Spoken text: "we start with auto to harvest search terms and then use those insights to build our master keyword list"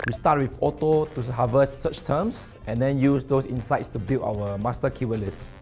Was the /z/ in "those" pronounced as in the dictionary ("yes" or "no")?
no